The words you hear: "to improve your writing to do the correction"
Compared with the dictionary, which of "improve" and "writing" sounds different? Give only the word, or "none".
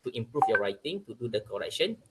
improve